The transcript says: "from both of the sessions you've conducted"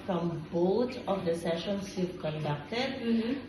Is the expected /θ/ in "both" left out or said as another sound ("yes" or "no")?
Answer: yes